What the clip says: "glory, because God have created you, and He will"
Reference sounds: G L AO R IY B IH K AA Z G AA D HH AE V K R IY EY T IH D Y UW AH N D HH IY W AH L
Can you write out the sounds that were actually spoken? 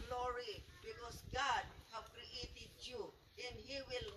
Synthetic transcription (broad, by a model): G L AO R IY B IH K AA S G AA D HH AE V K R IY EY T IH D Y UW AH N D HH IY W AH L